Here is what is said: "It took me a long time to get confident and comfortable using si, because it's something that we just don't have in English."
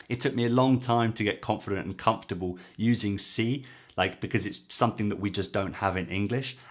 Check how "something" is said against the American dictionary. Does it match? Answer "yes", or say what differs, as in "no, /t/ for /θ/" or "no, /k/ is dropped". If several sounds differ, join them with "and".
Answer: yes